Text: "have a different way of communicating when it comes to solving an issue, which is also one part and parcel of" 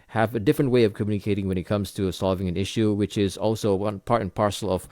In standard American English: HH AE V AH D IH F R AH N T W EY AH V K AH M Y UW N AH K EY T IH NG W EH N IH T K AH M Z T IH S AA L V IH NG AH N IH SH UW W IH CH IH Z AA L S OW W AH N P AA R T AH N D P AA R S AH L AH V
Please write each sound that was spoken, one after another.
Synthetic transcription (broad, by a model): HH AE V AH D IH F R AH N T W EY AH V K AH M Y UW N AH K EY T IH NG W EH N IH T K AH M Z T IH S AA L V IH NG AH N IH SH UW W IH CH IH Z AA L S OW W AH N P AA R T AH N P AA R S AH L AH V